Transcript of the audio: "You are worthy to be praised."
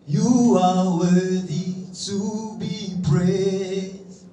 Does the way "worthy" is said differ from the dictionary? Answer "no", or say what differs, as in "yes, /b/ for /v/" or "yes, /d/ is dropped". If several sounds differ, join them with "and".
yes, /ð/ is dropped